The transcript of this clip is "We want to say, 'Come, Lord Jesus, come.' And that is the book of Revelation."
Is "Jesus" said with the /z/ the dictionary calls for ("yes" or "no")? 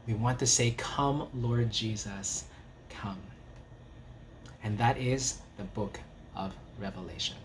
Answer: yes